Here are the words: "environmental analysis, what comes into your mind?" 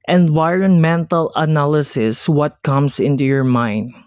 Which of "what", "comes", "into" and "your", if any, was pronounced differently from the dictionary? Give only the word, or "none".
comes